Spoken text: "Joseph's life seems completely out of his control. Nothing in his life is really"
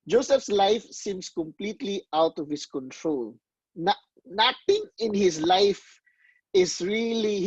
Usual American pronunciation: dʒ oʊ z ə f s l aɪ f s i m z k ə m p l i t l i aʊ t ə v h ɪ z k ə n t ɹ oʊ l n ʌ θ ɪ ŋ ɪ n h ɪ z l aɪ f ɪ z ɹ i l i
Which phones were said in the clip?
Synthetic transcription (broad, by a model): dʒ oʊ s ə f s l aɪ f s i m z k ə m p l i t l i aʊ t ə v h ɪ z k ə n t ɹ oʊ l n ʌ t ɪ ŋ ɪ n h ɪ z l aɪ f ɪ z ɹ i l i